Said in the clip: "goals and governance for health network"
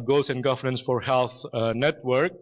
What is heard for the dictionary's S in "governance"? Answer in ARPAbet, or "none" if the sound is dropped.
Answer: S